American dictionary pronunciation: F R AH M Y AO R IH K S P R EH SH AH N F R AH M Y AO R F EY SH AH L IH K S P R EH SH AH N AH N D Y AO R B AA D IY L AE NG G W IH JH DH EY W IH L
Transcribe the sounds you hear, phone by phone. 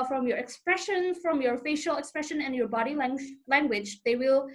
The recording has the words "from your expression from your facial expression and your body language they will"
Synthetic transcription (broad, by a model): F R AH M Y AO R IH K S P R EH SH AH N F R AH M Y AO R F EY SH AH L IH K S P R EH SH AH N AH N Y AO R B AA D IY L AE NG G W IH JH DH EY W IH L